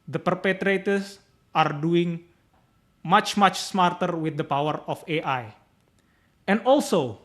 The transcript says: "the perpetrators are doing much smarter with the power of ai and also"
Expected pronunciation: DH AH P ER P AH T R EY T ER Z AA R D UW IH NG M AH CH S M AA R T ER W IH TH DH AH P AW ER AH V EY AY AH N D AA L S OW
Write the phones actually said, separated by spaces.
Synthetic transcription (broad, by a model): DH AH P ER P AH T R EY T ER S AA R D UW IH NG M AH CH S M AA R T ER W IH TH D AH P AW ER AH F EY AY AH N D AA L S OW